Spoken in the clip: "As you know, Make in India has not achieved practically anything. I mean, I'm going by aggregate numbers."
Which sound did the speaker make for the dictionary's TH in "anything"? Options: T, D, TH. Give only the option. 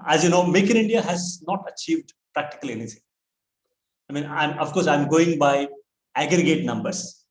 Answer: T